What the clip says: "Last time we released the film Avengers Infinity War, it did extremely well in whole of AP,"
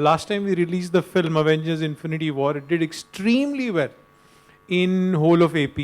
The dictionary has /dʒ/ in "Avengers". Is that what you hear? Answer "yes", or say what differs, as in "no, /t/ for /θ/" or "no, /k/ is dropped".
yes